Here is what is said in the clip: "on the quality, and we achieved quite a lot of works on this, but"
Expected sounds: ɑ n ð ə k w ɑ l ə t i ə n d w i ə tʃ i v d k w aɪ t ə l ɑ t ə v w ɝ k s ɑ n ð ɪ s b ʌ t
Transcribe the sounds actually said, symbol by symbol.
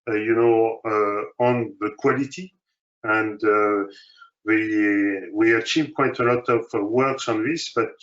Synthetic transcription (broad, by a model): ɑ n ð ə k w ɑ l ə t i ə n d w i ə tʃ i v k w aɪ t ə l ɑ t ə v w ɝ k s ɑ n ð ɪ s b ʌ t